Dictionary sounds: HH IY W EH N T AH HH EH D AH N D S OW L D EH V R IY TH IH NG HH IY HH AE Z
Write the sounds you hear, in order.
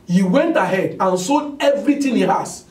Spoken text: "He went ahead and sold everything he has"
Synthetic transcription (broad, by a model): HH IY W EH N T AH HH EH D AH N S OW D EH V R IY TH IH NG HH IY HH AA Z